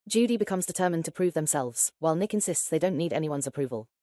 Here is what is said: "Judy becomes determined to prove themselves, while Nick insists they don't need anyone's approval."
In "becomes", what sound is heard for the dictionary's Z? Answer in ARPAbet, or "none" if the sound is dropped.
Z